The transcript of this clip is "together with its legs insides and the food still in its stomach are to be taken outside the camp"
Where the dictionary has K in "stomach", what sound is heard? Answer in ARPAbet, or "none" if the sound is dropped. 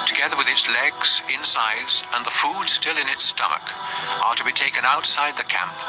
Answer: K